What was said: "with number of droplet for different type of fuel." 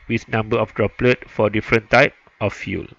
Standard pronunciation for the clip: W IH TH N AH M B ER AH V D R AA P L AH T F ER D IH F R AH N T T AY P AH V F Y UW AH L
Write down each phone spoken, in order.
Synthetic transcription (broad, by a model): W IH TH N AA M B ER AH F D R AA P L AH T F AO D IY F R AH N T T AY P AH F Y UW L